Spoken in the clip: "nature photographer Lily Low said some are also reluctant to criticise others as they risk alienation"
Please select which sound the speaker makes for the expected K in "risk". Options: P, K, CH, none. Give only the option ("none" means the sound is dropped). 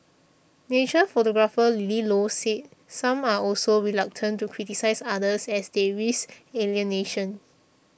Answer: none